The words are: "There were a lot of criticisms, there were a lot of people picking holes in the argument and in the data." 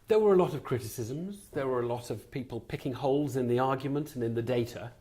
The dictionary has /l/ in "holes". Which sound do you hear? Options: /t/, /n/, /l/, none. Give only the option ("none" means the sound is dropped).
/l/